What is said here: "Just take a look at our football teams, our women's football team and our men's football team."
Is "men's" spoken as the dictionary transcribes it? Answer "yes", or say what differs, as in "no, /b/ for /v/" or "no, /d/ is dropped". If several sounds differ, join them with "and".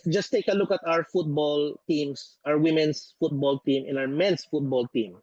no, /s/ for /z/